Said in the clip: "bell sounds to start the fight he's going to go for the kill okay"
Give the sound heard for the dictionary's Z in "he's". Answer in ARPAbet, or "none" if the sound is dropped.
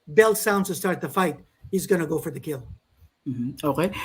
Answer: Z